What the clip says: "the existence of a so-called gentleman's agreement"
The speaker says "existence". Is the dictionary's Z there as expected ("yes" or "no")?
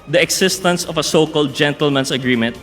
no